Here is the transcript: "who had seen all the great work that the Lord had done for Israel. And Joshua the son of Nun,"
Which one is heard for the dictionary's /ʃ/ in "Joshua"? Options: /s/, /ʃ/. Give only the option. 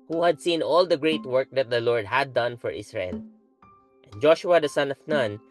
/ʃ/